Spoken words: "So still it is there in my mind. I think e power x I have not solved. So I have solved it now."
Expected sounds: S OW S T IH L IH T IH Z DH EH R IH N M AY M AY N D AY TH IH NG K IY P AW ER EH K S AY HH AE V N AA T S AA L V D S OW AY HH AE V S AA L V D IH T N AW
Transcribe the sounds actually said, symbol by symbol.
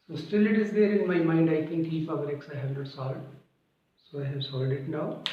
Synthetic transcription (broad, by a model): S OW S T IH L IH T IH Z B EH R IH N M AY M AY N D AY T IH NG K IY F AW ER EH K S AY HH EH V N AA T S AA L D S OW AY HH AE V S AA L D IH T N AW